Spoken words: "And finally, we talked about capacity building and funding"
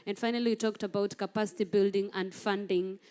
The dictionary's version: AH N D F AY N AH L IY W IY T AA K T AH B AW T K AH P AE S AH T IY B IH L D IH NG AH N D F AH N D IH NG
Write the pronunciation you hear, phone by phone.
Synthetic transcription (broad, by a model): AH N F AY N AH L IY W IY T AA K T AH B AW T K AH P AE S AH T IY B IH L D IH NG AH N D F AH N D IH NG